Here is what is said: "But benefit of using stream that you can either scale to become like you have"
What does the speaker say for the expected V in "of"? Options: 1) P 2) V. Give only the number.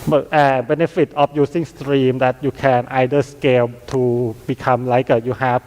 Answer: 1